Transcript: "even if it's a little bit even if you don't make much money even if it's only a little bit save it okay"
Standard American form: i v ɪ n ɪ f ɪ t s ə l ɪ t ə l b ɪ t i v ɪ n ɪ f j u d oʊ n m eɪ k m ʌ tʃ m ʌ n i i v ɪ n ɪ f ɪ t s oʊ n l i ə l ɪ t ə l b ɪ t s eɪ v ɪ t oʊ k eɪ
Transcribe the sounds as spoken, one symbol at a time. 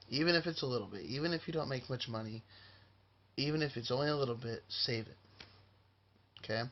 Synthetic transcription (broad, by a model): i v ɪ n ɪ f ɪ t s ə l ɪ t l b ɪ t i v ɪ n ɪ f j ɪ d oʊ n m eɪ k m ʌ tʃ m ʌ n i i v ɪ n ɪ f ɪ t s oʊ n l i ə l ɪ t l b ɪ t s eɪ v ɪ t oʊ k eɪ